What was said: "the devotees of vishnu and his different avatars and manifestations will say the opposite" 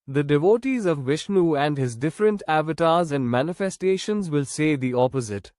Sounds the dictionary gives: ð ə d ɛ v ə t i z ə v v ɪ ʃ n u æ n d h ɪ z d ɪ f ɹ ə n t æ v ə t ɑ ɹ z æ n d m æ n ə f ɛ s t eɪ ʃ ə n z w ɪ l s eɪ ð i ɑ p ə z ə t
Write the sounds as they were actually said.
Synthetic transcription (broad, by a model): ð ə d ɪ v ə t i z ə v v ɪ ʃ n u æ n d h ɪ z d ɪ f ɹ ə n t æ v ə t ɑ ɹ z æ n d m æ n ə f ɛ s t eɪ ʃ ə n z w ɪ l s eɪ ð i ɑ p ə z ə t